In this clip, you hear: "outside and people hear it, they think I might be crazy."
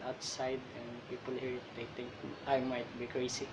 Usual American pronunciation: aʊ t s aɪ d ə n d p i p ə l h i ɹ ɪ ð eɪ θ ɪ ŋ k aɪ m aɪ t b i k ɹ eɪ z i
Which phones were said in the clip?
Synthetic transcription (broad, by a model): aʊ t s aɪ d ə n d p i p ə l h i ɹ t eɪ t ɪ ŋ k aɪ m aɪ t b i k ɹ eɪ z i